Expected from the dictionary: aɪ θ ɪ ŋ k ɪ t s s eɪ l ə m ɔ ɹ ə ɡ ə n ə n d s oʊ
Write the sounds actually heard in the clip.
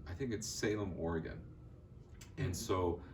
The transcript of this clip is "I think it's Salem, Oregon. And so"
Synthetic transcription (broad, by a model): aɪ θ ɪ ŋ k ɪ t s s eɪ l ə m ɔ ɹ ə ɡ ə n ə n s oʊ